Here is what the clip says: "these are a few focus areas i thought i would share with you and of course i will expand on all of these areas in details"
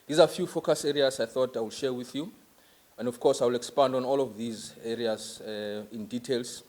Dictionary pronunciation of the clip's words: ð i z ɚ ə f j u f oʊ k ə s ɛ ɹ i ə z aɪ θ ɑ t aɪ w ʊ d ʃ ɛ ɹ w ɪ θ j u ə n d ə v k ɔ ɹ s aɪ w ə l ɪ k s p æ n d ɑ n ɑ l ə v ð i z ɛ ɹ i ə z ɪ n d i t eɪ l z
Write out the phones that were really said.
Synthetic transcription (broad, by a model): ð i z ə f j u f oʊ k ə s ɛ ɹ i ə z aɪ θ ɑ t aɪ w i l ʃ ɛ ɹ w ɪ θ j u ə n d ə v k ɔ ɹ s aɪ w ə l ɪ k s p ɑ n d ɑ n ɑ l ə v ð i z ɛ ɹ i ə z ɪ n d i t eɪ l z